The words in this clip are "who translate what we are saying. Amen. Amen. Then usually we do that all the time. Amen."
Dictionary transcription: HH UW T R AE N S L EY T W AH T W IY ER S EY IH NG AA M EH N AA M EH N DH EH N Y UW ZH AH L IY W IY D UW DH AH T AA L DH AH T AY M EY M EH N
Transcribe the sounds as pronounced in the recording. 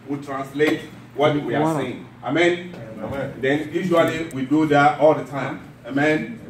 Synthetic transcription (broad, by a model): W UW T R AE N S L EY T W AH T W IY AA S EY IH NG AA M EH N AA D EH N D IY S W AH N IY W IY D UW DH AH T AA L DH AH T AY M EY M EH N